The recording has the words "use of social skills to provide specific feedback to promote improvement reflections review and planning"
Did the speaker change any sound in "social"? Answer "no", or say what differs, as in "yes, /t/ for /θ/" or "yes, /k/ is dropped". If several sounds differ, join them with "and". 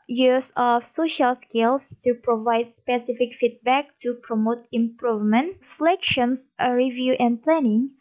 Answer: no